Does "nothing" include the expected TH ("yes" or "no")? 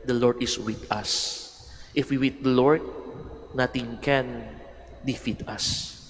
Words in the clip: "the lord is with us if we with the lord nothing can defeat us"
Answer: no